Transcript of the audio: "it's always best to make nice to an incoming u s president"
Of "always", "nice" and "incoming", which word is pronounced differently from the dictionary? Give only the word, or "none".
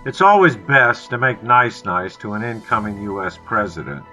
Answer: none